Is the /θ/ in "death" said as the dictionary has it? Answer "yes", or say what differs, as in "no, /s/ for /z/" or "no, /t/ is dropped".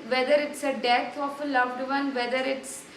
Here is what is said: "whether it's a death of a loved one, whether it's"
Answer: no, /t/ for /θ/